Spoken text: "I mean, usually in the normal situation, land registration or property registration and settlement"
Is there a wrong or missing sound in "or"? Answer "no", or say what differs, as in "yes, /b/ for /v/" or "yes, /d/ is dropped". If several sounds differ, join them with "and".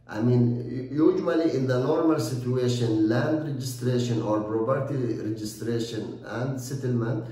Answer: no